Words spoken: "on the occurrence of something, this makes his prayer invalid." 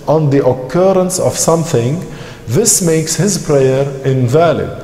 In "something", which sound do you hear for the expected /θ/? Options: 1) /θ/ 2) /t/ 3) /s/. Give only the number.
1